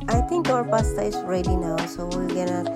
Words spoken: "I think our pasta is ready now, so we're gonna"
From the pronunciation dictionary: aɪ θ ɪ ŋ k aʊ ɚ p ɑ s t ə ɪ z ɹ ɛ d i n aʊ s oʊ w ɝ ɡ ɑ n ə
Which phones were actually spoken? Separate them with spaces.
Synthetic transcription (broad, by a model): aɪ t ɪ ŋ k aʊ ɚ p ɑ s t ə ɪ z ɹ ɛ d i n aʊ s oʊ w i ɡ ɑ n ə